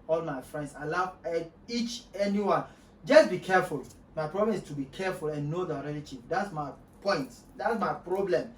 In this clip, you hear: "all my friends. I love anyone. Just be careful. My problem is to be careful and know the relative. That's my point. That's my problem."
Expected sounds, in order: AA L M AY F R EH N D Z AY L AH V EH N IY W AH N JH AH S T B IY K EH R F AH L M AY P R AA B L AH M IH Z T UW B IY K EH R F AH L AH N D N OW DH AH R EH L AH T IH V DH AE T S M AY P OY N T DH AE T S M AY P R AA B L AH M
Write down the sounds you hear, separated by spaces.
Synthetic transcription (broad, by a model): AA L M AY F R EH N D S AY L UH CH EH N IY W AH N JH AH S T B IY K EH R F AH L M AY P R AA B L AH M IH S T UW B IY K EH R F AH L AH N N OW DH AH R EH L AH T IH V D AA T S M AY P OY N T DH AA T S M AY P R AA B L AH M